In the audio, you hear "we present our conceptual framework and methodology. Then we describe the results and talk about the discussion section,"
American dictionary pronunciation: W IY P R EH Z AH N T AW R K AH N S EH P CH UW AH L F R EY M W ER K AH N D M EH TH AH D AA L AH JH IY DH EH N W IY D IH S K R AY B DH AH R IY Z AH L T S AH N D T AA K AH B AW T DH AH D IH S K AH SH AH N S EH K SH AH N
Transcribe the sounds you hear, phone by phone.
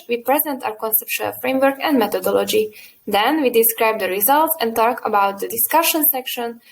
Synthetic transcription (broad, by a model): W IY P R EH Z AH N T AW R K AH N S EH P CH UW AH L F R EY M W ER K AH N D M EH T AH D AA L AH JH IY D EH N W IY D IH S K R AY B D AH R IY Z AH L T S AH N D T AA K AH B AW T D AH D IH S K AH SH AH N S EH K SH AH N